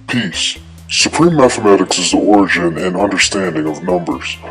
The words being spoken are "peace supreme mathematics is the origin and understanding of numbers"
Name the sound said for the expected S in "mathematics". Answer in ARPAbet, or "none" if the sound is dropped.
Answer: S